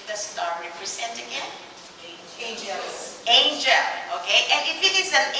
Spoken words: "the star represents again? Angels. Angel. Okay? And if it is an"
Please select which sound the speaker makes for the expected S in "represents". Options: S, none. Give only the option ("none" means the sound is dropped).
none